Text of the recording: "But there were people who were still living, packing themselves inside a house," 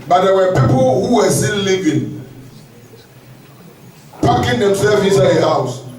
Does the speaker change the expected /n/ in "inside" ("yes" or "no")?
yes